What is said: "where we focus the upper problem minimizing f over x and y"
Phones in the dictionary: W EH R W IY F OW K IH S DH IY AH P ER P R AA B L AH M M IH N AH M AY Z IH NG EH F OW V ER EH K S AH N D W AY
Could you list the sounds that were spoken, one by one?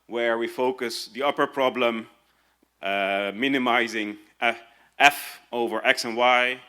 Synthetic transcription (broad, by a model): W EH R W IY F OW K IH S DH IY AH P ER P R AA B L AH M M IH N AH M AY Z IH NG EH F OW V ER EH K S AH N W AY